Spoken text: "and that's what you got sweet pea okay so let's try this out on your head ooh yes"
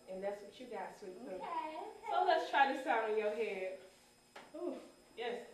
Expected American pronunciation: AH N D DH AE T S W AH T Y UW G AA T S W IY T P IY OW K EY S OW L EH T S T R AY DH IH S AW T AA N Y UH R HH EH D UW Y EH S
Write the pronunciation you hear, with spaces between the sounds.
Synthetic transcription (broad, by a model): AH N DH AE T S W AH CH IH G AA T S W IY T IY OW UH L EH T S T R AY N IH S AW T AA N Y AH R HH EH D UW Y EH S